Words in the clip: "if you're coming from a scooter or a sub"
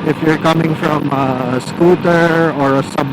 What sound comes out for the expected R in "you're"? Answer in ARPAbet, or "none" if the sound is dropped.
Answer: R